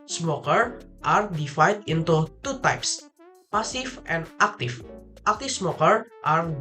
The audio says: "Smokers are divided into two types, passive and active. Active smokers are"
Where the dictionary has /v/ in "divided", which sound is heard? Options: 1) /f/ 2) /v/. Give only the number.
1